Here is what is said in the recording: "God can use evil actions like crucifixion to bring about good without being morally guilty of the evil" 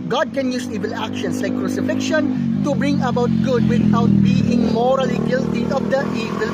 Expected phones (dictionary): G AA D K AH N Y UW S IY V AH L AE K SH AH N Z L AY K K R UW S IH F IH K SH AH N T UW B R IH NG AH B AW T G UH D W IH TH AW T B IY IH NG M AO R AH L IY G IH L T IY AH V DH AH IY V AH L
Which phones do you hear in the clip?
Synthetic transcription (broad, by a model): G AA D K AH N Y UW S IY V AH L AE K SH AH N S L AY K K R UW S IH F IH K SH AH N T UW B R IH NG AH B AW T G UH D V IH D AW T B IY IH NG M AO R AH L IY G IH L T IY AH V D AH IY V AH L